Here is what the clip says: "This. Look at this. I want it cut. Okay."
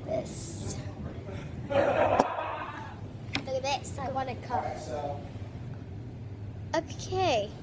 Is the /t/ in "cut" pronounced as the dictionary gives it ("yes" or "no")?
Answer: no